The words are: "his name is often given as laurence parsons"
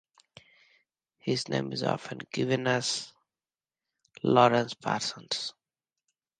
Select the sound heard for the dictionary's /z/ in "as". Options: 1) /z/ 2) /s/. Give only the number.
2